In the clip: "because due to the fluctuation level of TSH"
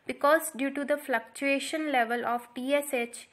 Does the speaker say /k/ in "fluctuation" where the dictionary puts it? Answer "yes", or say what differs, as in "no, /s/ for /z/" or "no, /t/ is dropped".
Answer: yes